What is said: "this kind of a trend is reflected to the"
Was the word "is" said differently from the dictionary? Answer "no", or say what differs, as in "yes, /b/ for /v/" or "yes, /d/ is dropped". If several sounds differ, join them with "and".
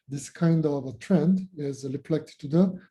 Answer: no